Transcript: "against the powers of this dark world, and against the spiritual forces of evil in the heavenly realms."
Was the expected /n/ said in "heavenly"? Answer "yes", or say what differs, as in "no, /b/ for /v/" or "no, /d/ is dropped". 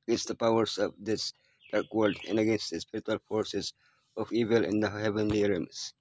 yes